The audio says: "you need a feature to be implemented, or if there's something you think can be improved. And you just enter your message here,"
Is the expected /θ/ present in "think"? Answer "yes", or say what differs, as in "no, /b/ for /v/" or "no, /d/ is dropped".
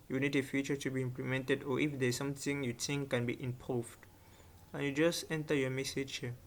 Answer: no, /t/ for /θ/